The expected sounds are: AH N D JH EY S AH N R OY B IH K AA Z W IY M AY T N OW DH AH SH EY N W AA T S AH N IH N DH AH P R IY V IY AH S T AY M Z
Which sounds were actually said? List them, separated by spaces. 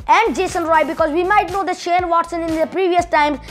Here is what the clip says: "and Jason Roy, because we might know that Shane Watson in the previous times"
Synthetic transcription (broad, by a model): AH N D JH EY S AH N R OY B IH K AA Z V IY M AY T N OW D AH SH EY N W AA T S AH N IH N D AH P R IY V IY AH S T AY M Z